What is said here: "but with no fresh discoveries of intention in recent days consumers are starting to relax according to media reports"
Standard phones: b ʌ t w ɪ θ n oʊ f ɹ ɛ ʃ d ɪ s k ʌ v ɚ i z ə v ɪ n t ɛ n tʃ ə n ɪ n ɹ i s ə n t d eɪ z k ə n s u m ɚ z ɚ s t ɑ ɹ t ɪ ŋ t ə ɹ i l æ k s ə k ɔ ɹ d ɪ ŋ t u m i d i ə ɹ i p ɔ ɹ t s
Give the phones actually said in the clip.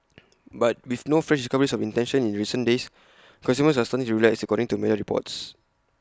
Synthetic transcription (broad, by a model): b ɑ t w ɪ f n oʊ f ɹ ɛ ʃ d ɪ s k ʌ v ɚ i s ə f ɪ n t ɛ n ʃ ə n ɪ n ɹ i s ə n d eɪ s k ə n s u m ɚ s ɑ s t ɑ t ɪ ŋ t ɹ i l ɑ s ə k ɔ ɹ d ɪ ŋ t u m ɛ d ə ɹ i p ɔ t s